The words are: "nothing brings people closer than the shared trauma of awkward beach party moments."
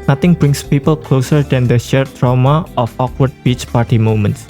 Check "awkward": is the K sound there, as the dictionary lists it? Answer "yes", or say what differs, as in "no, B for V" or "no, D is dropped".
yes